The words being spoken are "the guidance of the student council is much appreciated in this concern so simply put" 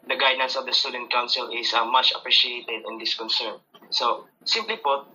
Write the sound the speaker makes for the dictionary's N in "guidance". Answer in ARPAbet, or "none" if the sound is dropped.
N